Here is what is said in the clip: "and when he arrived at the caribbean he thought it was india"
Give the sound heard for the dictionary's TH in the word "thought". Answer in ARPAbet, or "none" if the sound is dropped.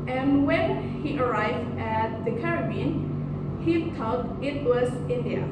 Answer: T